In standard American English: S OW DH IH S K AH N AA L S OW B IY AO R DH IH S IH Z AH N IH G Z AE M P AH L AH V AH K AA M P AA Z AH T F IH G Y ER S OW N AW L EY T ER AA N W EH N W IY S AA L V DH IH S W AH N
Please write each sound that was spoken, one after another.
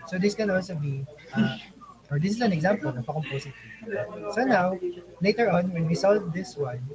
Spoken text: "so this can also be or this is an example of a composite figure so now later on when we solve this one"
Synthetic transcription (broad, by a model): S OW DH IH S K AH N AA L S OW B IY AO R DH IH S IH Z AH N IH G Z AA M P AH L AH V AH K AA M P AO S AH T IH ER S OW N AW L EY T ER AA N W EH N W IY S AA L V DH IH S W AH N